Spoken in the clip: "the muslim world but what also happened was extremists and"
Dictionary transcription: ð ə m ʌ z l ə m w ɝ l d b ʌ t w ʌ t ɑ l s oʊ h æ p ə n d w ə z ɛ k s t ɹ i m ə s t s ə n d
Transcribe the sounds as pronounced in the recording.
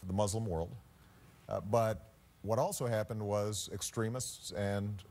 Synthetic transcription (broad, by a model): ð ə m ʌ z l ə m w ɝ l d b ʌ t w ʌ t ɑ l s oʊ h æ p ə n d w ə z ɛ k s t ɹ i m ə s t s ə n